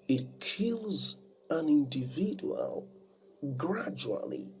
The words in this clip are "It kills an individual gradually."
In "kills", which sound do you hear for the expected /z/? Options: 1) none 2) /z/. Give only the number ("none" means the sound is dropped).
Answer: 2